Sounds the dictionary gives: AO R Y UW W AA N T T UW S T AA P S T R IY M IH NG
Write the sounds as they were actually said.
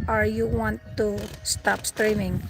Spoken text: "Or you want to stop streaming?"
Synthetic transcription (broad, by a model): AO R Y UW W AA N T T UW S T AA P S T R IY M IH NG